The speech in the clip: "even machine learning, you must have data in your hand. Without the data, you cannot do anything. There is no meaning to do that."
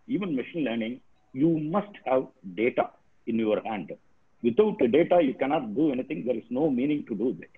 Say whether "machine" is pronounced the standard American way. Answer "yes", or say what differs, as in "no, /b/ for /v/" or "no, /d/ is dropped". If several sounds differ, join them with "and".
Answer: yes